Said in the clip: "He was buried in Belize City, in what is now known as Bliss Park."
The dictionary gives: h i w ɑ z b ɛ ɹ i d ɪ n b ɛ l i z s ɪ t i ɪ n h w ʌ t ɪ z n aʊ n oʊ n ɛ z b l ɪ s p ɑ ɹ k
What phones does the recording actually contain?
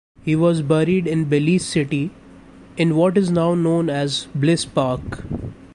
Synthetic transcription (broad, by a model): h i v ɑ z b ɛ ɹ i d ɪ n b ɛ l i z s ɪ t i ɪ n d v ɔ t ɪ z n aʊ n oʊ n ɛ z b l ɪ s p ɑ ɹ k